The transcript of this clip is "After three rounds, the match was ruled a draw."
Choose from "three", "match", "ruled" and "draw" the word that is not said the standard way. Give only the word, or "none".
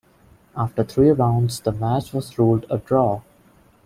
three